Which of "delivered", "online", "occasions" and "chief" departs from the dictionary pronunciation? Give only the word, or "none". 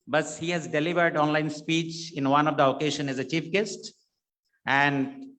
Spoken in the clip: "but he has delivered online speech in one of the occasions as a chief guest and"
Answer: occasions